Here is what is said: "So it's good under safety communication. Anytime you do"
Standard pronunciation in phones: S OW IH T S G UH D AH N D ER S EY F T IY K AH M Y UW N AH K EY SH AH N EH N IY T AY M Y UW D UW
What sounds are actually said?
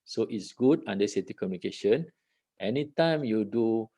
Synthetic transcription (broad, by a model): S OW IH T S G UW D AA N D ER S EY T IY K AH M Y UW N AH K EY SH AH N EH N IY T AY M Y UW D UW